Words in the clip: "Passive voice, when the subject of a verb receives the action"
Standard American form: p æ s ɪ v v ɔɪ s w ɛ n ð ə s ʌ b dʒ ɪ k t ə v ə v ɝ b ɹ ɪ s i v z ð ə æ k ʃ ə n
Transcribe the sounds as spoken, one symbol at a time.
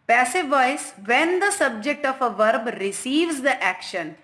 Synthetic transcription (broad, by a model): p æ s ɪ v v ɔɪ s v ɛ n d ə s ʌ b dʒ ɪ k t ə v ə v ɝ b ɹ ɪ s i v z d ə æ k ʃ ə n